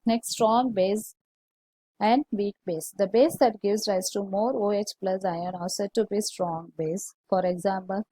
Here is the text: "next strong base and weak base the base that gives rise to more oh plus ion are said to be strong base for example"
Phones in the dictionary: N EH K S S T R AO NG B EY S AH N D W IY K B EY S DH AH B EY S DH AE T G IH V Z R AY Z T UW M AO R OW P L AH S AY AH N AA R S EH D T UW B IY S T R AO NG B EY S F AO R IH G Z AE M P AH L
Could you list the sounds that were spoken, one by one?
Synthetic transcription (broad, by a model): N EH K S S T R AO NG B EY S AH N D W IY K B EY S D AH B EY S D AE T G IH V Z R AY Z T UW M AO R OW P L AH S AY AH N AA L S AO T UW B IY S T R AO NG B EY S F AO R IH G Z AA M P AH L